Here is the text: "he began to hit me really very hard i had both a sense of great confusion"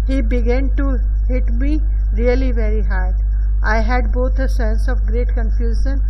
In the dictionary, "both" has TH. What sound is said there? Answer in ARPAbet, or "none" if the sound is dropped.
T